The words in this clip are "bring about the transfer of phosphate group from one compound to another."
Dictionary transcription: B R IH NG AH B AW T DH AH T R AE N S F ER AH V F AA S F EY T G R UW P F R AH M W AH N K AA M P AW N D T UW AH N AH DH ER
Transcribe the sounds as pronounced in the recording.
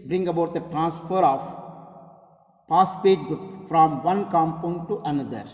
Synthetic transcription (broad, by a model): B R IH NG AH B AW T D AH T R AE N S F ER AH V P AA S P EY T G UW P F R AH M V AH N K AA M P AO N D T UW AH N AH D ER